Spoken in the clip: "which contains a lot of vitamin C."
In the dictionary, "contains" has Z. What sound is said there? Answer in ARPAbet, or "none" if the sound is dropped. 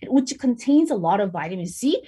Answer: Z